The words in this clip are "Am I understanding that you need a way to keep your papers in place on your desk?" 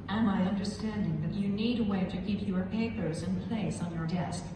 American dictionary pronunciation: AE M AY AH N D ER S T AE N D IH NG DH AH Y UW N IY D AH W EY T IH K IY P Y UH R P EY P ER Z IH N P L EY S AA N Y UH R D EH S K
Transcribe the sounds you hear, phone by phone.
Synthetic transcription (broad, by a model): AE M AY AH N D ER S T AE N D IH NG DH AH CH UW N IY D AH W EY T IH K IY P Y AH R P EY P ER Z IH N P L EY S N Y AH R D EH S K